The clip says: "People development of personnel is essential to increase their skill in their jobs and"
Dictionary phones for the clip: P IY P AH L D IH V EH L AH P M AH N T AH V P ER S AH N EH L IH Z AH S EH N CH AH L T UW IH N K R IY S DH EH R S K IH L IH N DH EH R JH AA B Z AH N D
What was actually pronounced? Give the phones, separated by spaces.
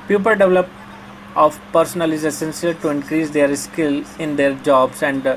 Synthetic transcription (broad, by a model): P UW P AH L D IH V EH L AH P AH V P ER S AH N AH L IH Z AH S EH N S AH L T UW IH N K R IY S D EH R S K IH L IH N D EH R JH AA B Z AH N D